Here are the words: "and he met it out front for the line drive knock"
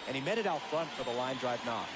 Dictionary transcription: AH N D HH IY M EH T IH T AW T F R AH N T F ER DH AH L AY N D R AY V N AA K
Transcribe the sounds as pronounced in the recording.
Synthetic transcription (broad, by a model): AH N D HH IY M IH T IH T AW T F R AH N T F ER DH AH L AY N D R AY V N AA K